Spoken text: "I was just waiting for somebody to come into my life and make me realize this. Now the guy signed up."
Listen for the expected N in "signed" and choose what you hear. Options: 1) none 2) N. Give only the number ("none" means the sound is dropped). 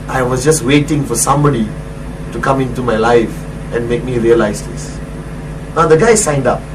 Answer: 2